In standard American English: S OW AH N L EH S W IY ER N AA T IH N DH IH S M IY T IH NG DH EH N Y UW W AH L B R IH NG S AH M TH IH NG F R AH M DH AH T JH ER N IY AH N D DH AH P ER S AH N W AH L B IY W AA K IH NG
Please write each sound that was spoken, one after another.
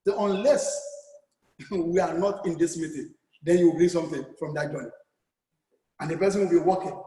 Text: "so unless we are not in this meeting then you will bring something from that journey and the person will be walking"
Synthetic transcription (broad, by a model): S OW AH N L EH S W IY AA N AA T IH N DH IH S M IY T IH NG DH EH N Y UW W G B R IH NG S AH M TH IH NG F R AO M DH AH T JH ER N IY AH N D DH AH P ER S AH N W AH L B IY W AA K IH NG